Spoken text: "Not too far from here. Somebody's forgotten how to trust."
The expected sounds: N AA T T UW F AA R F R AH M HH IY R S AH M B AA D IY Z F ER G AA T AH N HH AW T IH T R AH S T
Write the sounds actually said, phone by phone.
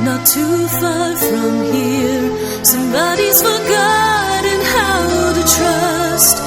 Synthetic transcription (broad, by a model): N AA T T UW F AA R F R AH M HH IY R S AH M B AA D IY Z F ER G AA T AH N HH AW T IH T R AH S T